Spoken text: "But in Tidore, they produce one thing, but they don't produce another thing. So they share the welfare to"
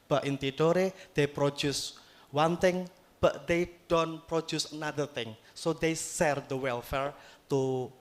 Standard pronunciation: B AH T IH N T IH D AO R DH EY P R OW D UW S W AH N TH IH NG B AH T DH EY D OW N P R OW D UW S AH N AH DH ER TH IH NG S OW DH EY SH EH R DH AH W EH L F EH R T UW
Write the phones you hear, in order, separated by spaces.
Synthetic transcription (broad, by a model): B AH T IH N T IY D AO R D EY P R OW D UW S W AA N T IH NG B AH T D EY D OW N P R OW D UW S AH N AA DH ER T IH NG S OW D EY S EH R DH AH W EH L F EH R T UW